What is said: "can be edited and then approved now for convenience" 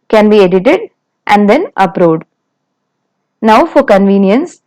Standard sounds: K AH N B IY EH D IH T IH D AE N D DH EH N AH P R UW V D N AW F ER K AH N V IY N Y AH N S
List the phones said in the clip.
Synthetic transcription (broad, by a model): K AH N B IY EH D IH T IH D AE N D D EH N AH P R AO D N AW F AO K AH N V IY N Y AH N S